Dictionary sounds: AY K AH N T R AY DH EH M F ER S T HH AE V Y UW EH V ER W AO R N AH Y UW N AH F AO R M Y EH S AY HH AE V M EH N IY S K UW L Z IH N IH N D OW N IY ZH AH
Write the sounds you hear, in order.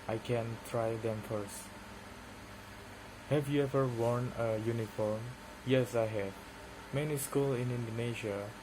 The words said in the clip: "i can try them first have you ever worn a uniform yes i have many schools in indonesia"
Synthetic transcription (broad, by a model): AY K AH N T R AY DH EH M F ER S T HH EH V Y UW EH V ER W AO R N AH Y UW N AH F AO R M Y EH S AY HH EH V M EH N IY S K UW L IH N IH N D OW N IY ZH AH